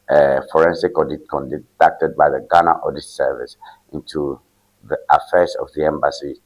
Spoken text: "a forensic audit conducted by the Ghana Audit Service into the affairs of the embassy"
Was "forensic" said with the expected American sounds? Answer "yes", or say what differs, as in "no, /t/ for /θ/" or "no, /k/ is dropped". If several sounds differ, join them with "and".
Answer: yes